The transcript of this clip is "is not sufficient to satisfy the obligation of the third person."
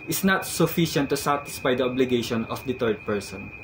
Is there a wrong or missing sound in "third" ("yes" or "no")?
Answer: yes